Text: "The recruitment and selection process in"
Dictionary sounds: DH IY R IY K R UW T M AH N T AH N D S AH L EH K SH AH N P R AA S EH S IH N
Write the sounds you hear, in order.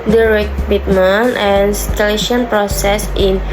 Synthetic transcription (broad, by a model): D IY R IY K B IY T M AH N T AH N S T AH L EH SH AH N P R AA S EH S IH N